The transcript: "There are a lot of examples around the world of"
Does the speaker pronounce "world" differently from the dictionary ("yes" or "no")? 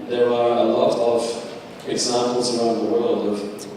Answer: no